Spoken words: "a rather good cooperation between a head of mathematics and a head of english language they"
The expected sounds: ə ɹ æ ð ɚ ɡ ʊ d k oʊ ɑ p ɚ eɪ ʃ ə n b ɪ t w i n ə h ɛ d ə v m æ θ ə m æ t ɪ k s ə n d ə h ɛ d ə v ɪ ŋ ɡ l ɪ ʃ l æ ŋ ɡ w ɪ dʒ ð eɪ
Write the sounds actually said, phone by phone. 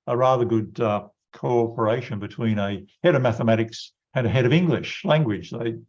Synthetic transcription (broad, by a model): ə ɹ æ ð ɚ ɡ ʊ d k oʊ ɑ p ɚ eɪ ʃ ə n b ɪ t w i n ə h ɛ d ə v m æ θ ə m æ t ɪ k s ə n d ə h ɛ d ə v ɪ ŋ ɡ l ɪ ʃ l æ ŋ ɡ w ɪ dʒ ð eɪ